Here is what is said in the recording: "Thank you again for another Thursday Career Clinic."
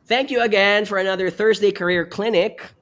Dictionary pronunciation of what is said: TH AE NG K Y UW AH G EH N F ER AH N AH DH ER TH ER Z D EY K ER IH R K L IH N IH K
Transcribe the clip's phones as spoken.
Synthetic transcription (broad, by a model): TH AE NG K Y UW AH G EH N F ER AH N AH DH ER TH ER Z D EY K ER IH R K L IH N IH K